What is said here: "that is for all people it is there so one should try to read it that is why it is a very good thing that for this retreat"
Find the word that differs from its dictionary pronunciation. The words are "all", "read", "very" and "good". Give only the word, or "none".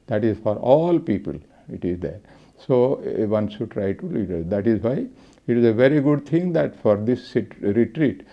read